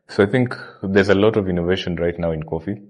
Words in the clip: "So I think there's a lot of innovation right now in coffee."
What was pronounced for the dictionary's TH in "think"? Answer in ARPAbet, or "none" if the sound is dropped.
TH